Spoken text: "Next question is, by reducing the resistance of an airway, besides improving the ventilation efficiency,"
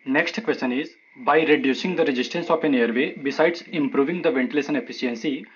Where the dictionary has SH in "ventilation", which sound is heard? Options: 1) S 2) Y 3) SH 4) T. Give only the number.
1